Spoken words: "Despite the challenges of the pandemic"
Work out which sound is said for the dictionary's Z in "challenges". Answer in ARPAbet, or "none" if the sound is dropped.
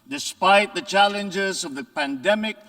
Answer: Z